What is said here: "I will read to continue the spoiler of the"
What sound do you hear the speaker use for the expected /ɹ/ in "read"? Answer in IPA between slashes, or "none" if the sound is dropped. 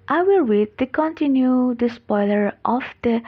/w/